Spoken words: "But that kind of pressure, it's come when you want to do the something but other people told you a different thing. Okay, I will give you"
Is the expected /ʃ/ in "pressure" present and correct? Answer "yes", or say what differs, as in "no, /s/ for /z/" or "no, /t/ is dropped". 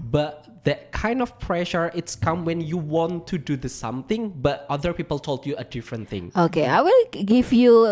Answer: yes